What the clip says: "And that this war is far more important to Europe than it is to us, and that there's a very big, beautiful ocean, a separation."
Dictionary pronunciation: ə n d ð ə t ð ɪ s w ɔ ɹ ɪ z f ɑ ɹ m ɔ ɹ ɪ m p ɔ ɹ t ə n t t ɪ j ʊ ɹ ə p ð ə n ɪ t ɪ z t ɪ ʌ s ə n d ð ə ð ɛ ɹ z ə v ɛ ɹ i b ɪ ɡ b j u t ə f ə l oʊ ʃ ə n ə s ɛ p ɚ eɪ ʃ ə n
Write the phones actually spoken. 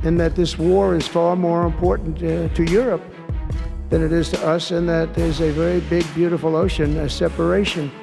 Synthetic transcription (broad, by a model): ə n ð ə t ð ɪ s w ɔ ɹ ɪ z f ɑ ɹ m ɔ ɹ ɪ m p ɔ ɹ t n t t ɪ j ʊ ɹ ə p ð ə n ɪ t ɪ z t ɪ ʌ s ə n ð ə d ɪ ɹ z ə v ɛ ɹ i b ɪ ɡ b j u t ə f l oʊ ʃ ə n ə s ɛ p ɚ eɪ ʃ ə n